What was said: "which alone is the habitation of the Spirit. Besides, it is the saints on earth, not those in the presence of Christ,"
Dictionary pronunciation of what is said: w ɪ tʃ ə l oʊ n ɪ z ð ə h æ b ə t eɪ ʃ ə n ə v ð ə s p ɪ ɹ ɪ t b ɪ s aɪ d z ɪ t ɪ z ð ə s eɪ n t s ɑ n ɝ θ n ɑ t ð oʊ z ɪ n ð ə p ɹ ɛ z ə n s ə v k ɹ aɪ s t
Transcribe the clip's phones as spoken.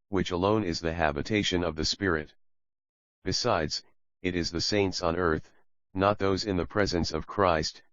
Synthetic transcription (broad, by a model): w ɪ tʃ ə l oʊ n ɪ z ð ə h æ b ə t eɪ ʃ ə n ə v ð ə s p ɪ ɹ ɪ t b ɪ s aɪ d z ɪ t ɪ z ð ə s eɪ n t s n ɝ θ n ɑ t ð oʊ z ɪ n ð ə p ɹ ɛ z ə n s ə v k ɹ aɪ s t